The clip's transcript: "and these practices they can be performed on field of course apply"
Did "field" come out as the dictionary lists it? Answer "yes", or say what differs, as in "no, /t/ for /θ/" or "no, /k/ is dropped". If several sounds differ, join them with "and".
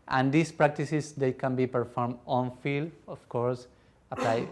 no, /d/ is dropped